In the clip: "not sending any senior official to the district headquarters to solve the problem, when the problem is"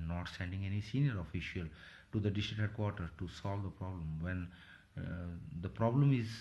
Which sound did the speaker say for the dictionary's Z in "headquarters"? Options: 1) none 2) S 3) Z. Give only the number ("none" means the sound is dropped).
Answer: 1